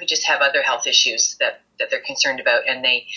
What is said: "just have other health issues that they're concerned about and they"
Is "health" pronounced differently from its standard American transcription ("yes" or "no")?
no